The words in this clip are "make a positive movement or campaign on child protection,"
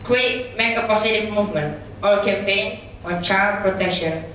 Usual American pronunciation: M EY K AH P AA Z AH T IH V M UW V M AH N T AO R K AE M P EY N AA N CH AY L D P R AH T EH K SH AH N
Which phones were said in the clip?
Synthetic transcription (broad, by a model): M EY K AH P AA S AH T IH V M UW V M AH N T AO L K AE M P EY N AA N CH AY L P R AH T EH K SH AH N